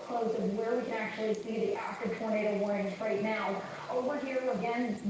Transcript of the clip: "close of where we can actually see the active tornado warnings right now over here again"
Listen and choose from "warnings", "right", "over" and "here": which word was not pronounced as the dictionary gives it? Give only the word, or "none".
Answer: warnings